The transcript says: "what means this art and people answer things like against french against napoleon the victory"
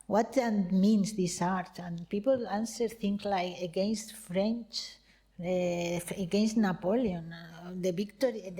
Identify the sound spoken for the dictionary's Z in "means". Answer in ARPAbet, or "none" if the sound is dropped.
S